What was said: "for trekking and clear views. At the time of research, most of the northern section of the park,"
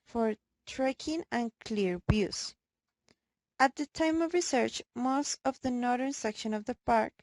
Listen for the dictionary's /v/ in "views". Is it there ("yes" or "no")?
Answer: no